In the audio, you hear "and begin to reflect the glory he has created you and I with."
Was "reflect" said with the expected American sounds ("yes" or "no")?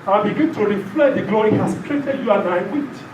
no